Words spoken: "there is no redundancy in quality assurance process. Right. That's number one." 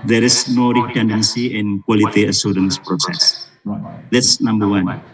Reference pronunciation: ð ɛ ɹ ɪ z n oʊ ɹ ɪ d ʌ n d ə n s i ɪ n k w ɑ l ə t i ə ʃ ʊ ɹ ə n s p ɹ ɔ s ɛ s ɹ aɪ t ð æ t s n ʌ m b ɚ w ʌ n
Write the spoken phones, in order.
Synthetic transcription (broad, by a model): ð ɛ ɹ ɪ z n oʊ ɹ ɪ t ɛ n d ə n s i ɪ n k w ɑ l ə t i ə s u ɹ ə n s p ɹ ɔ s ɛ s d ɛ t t s n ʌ m b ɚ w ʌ n